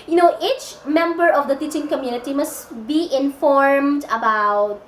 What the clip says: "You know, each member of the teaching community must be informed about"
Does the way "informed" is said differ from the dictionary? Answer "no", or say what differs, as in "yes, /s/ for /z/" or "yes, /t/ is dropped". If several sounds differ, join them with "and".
no